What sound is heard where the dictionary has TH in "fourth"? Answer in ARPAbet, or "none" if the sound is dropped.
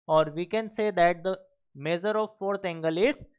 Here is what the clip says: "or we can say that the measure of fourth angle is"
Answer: T